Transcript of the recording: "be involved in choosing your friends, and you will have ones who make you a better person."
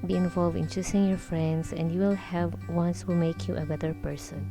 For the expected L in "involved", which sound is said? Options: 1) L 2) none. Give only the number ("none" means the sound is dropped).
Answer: 1